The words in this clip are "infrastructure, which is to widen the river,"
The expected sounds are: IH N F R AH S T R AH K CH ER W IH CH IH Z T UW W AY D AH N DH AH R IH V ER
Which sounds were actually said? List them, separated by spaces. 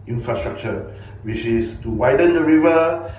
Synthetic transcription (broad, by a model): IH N F R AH S T R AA K CH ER W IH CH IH S T UW W AY D AH N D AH R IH V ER